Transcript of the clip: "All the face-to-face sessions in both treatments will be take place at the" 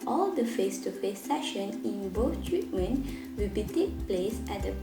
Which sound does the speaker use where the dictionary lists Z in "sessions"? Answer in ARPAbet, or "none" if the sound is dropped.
none